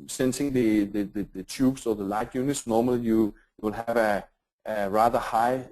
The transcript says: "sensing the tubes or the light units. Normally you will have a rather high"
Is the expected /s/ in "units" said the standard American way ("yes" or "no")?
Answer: yes